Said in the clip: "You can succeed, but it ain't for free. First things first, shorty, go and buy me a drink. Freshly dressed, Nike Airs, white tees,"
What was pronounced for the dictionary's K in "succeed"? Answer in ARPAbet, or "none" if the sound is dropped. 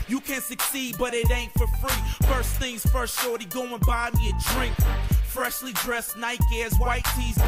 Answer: K